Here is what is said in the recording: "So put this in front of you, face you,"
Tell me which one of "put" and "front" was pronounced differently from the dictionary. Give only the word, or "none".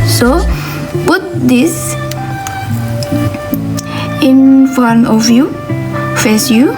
front